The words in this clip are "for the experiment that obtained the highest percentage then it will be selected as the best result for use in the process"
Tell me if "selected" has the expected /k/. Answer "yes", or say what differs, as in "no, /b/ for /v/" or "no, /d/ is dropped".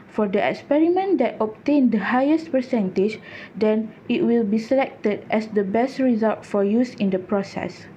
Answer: yes